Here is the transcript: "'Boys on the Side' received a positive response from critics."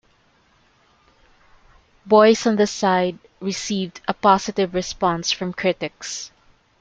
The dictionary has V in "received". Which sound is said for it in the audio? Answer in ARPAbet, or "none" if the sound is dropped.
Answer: V